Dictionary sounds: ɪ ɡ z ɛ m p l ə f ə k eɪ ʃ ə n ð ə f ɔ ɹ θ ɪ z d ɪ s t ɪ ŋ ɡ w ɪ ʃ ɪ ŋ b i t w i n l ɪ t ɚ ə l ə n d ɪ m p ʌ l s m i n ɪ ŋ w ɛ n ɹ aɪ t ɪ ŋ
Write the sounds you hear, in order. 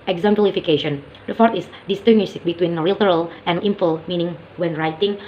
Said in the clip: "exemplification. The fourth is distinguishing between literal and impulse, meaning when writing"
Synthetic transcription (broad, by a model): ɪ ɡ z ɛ m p l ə f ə k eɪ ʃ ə n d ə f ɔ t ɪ s d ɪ s t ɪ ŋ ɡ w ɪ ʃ b i t w i n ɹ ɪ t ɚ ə l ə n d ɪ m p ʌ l m i n ɪ ŋ w ɛ n ɹ aɪ t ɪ ŋ